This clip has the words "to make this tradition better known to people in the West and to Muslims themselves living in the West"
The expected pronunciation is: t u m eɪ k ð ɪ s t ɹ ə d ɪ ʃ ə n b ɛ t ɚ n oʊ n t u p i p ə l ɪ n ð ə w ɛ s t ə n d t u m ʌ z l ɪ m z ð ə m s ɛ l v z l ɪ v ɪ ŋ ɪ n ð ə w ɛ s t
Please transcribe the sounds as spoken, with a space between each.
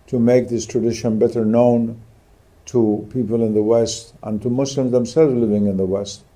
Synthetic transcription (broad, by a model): t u m eɪ k ð ɪ s t ɹ ə d ɪ ʃ ə n b ɛ t ɚ n oʊ n t u p i p ə l ɪ n ð ə w ɛ s t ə n t u m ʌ s l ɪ m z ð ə m s ɛ l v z l ɪ v ɪ ŋ ɪ n ð ə w ɛ s t